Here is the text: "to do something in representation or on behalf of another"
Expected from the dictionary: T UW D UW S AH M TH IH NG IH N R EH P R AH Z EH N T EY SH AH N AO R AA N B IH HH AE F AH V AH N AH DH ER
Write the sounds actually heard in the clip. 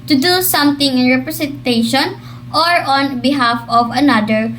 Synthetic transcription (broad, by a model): T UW D UW S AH M T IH NG IH N R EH P R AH S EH N T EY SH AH N AO R AA N B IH HH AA F AH V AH N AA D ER